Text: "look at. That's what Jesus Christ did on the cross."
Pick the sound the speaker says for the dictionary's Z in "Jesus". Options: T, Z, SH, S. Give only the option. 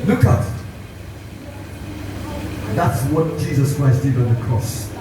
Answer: Z